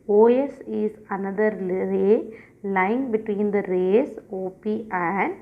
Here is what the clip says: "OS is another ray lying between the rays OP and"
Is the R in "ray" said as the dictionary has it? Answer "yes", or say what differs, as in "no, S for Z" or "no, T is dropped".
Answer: no, L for R